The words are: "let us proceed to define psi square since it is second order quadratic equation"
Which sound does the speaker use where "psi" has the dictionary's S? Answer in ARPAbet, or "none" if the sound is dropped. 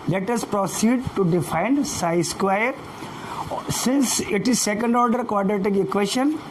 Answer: S